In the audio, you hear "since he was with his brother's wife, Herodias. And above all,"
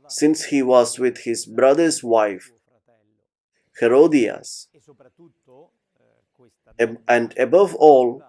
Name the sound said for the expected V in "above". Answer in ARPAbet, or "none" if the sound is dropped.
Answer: V